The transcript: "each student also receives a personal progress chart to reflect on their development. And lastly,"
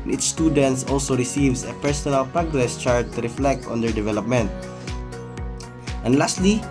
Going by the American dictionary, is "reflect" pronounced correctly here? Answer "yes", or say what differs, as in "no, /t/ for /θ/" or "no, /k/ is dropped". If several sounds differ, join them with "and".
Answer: yes